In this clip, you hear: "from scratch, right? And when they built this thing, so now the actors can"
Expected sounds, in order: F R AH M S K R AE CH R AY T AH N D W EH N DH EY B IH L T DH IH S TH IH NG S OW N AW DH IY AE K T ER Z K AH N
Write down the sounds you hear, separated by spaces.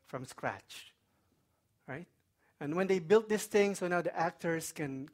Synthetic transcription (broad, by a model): F R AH M S K R AE CH R AY T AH N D W EH N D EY B IH L T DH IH S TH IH NG S OW N AW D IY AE K T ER S K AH N